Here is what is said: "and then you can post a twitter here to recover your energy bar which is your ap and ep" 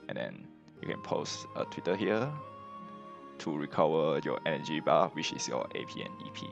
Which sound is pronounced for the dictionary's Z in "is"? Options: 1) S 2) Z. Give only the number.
1